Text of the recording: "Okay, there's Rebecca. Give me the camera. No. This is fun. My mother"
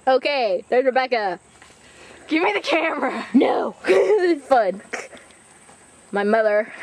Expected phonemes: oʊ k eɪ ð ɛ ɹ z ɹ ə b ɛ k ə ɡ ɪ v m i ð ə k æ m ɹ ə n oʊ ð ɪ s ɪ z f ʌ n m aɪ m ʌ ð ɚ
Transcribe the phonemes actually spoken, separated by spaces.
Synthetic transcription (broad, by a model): oʊ k eɪ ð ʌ ɹ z ɹ ə b ɛ k ə ɡ ɪ v m i ð ə k æ m ɹ ə n oʊ ɪ z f ʌ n m aɪ m ʌ ð ɚ